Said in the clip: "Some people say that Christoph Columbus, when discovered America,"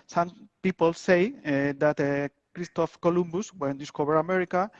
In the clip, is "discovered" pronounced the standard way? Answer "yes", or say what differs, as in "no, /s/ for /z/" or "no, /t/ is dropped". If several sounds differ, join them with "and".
no, /b/ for /v/